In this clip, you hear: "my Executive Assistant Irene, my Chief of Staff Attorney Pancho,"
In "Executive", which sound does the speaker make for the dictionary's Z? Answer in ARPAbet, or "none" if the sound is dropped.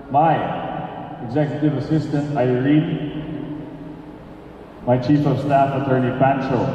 Z